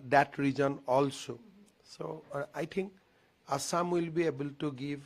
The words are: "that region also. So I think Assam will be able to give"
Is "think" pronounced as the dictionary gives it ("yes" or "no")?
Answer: no